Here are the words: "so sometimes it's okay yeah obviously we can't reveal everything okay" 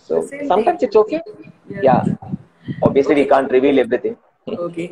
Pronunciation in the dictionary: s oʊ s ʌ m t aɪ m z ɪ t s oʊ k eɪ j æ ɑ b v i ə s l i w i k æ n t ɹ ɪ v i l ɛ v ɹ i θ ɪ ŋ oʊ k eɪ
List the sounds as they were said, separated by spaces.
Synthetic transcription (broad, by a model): s oʊ s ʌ m t aɪ m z ɪ t s oʊ k eɪ j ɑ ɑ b i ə s l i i k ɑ n t ɹ ɪ v i l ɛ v ɹ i t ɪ ŋ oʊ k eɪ